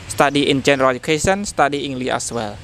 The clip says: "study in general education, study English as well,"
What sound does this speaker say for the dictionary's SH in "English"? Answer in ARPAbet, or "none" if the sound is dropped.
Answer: none